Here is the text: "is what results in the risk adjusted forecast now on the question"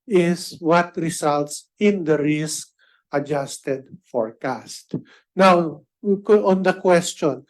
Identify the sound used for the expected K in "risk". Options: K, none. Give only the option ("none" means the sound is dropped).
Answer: K